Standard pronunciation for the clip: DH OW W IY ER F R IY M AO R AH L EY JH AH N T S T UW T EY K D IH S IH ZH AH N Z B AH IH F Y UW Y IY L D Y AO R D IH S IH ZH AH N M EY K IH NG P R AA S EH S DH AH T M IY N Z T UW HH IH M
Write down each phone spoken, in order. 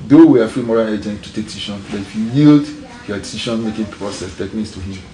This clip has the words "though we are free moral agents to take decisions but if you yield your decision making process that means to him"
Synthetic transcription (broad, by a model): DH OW W IY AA F R IY M AO R AH L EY JH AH N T T UW T EY K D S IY SH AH N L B IH F Y UW Y IY L D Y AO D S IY SH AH N M EY K IH NG P R AA S EH S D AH T M IY N S T UW HH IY M